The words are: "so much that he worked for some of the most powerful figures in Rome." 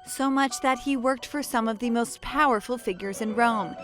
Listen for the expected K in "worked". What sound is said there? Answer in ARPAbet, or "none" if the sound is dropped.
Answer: K